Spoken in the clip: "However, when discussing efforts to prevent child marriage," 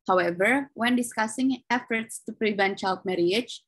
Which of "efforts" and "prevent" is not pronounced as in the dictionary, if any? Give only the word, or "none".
none